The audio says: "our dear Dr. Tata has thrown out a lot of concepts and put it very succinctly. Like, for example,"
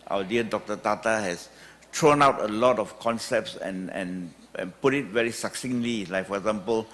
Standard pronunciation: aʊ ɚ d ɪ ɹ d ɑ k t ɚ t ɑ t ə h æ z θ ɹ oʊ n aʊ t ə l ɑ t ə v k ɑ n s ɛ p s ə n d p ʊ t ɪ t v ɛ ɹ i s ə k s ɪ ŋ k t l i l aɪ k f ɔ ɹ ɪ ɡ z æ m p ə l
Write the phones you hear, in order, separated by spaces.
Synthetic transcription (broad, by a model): aʊ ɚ d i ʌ d ɑ k t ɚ t ɑ t ə h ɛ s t ɹ oʊ n aʊ t ə l ɑ t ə f k ɑ n s ɛ p s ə n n p ʊ t ɪ t v ɛ ɹ i s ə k s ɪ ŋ l i l aɪ k f ɔ ɹ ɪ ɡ z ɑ m p ə l